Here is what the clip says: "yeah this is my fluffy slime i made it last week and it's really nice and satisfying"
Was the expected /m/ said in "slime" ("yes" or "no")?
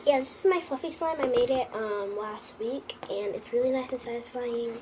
yes